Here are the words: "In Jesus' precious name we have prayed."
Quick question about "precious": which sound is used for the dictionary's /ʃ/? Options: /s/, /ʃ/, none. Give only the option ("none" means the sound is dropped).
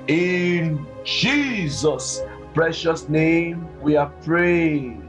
/ʃ/